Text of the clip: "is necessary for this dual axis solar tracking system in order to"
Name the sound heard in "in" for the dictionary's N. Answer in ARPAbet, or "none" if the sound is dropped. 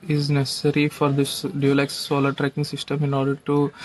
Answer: N